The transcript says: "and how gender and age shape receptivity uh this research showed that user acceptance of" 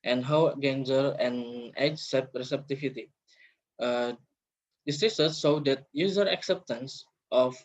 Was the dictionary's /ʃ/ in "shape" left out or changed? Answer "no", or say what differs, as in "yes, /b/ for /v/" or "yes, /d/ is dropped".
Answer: yes, /s/ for /ʃ/